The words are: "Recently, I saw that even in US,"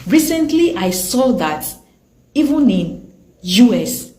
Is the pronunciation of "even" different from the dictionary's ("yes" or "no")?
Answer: no